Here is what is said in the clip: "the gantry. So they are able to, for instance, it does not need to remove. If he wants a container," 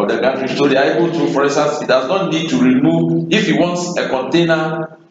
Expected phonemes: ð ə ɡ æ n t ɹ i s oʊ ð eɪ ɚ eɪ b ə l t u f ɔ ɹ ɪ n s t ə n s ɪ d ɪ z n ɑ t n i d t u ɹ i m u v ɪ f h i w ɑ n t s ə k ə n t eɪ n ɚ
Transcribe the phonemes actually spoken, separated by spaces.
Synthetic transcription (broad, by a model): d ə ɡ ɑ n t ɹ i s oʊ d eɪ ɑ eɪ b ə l t u f ɔ ɹ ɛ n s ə s ɪ d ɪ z n ɑ t n i d t u ɹ i m u v ɪ f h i w ɑ n t s ə k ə n t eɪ n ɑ